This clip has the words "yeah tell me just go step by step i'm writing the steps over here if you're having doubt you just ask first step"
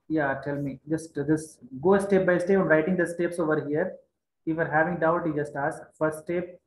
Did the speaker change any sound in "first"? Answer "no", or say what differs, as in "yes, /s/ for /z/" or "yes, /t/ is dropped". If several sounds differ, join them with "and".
yes, /s/ is dropped